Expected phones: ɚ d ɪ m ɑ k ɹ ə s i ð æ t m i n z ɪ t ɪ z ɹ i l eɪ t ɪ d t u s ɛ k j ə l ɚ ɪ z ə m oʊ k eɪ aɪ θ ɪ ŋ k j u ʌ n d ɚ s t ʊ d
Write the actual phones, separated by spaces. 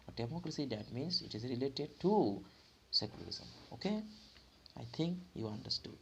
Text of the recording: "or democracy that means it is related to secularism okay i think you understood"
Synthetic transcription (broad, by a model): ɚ d ɪ m ɑ k ɹ ə s i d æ t m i n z ɪ t ɪ z ɹ i l eɪ t ɪ d t u s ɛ k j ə l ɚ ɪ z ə m oʊ k eɪ aɪ t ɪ ŋ k j u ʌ n d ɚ s t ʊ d